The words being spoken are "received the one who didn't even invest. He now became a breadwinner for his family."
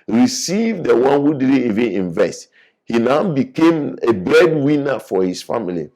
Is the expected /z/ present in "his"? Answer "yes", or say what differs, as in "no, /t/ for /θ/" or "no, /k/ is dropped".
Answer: no, /s/ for /z/